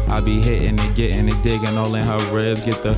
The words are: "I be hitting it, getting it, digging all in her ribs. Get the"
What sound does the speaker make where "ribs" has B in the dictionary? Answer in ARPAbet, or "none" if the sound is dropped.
none